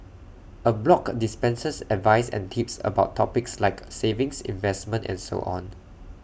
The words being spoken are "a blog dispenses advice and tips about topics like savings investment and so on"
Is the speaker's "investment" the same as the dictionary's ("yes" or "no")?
yes